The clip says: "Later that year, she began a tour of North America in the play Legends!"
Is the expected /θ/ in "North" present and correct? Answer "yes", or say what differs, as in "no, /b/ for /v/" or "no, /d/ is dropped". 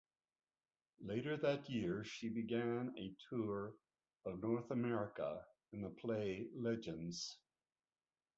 yes